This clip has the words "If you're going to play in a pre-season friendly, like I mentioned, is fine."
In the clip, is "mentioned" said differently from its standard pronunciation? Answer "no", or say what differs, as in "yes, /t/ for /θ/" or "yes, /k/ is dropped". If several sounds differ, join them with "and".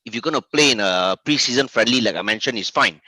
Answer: yes, /d/ is dropped